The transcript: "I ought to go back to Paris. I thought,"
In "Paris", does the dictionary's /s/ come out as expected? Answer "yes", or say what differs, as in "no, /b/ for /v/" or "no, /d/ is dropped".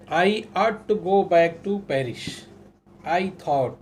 no, /ʃ/ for /s/